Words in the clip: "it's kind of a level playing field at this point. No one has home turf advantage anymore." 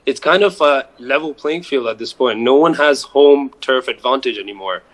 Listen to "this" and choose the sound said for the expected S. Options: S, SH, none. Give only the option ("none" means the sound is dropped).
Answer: S